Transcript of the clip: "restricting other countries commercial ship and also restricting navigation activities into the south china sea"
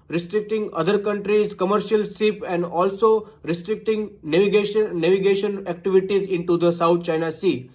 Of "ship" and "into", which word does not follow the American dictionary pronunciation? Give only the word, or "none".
ship